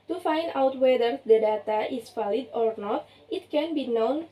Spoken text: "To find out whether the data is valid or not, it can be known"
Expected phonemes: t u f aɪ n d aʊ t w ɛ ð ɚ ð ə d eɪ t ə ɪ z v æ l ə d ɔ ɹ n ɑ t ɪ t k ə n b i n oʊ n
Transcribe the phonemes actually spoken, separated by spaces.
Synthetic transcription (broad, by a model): t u f aɪ n d aʊ t w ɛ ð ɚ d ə d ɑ t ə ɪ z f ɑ l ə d ɔ ɹ n ɑ t ɪ t k ə n b i n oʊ n